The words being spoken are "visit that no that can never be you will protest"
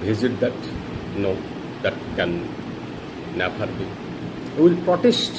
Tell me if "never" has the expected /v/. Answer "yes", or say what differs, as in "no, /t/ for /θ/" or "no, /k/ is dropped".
no, /p/ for /v/